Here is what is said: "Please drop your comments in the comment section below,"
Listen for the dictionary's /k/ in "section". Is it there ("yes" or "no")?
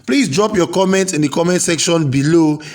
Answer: yes